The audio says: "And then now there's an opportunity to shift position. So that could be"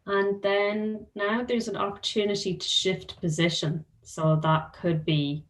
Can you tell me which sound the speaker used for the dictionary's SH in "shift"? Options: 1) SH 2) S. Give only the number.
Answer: 1